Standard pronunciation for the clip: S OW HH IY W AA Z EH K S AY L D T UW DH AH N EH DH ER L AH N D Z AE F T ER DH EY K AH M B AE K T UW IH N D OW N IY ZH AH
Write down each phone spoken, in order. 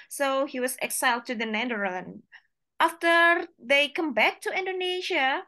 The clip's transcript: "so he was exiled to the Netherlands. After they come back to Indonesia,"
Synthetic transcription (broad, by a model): S OW HH IY W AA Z EH K S AY L D T UW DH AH N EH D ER AH N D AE F T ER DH EY K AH M B AE K T UW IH N D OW N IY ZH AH